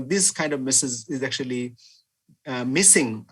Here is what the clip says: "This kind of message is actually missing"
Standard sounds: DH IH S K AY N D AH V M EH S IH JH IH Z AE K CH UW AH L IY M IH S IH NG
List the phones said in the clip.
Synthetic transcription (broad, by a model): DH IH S K AY N D AH V M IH S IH Z IH Z AE K CH UW AH L IY M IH S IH NG